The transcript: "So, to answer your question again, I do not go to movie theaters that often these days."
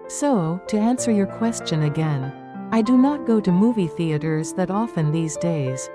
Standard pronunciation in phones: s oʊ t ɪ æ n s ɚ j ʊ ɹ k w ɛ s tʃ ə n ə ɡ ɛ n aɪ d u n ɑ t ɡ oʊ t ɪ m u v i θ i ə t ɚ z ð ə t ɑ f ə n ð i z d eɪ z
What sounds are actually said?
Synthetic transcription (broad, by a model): s oʊ t ɪ æ n s ɚ j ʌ ɹ k w ɛ s tʃ ə n ə ɡ ɛ n aɪ d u n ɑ t ɡ oʊ t ɪ m u v i θ i ə t ɚ z ð ə t ɑ f ə n ð i z d eɪ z